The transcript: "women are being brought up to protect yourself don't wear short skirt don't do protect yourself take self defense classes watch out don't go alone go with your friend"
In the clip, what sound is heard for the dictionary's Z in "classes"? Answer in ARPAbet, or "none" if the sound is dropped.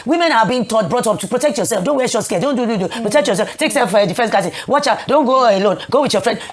none